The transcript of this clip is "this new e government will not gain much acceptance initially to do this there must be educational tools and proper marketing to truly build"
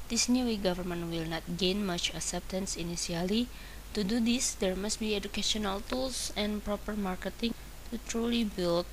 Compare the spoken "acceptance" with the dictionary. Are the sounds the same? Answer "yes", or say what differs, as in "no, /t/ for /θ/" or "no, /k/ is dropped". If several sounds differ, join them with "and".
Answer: yes